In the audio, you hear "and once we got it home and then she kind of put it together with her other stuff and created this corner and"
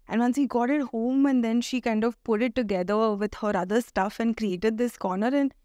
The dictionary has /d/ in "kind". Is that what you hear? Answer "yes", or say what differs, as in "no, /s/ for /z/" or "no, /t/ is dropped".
yes